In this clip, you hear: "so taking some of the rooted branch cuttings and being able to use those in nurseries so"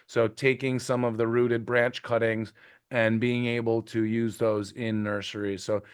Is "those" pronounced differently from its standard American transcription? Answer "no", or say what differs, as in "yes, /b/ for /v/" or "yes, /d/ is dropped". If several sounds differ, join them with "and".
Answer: no